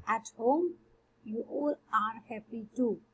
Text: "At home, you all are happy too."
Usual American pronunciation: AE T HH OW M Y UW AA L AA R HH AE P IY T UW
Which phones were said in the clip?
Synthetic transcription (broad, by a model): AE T HH OW M Y UW AA L AA R HH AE P IY T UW